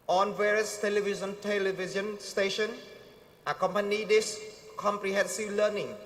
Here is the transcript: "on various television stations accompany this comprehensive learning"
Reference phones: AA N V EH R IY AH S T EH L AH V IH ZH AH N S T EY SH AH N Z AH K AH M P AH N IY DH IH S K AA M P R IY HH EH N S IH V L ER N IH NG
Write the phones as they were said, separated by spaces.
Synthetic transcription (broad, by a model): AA N V EH R IY AH S T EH L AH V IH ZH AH N S T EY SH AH N AH K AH M P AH N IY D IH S K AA M P R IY HH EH N S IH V L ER N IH NG